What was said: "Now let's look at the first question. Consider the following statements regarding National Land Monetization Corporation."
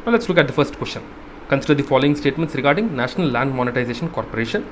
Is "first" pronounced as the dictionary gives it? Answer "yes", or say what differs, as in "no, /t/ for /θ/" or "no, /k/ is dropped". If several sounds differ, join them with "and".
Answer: yes